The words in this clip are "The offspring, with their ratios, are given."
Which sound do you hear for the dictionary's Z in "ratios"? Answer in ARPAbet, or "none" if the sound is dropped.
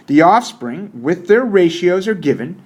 Z